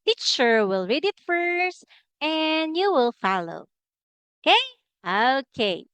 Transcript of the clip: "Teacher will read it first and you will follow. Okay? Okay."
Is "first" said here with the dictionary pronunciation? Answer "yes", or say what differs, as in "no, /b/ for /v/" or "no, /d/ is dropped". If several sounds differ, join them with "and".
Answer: yes